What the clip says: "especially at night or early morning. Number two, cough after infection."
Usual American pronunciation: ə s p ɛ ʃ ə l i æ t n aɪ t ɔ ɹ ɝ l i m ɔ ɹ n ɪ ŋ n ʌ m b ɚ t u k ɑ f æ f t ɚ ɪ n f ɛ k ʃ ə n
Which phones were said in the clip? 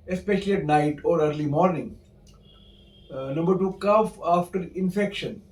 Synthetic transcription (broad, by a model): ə s p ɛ ʃ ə l i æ t n aɪ t ɔ ɹ ɝ l i m ɔ ɹ n ɪ ŋ n ʌ m b ɚ t u k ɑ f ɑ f t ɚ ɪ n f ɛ k ʃ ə n